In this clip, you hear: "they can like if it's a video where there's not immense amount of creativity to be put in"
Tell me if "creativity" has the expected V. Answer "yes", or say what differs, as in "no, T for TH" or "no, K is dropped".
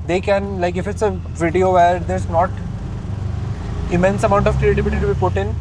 no, B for V